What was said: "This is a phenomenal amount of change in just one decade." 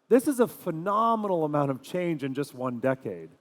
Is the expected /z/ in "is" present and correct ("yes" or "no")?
yes